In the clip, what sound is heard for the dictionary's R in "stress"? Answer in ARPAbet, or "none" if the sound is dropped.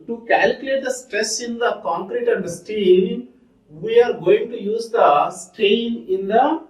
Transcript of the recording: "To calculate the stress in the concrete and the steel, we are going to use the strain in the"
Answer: R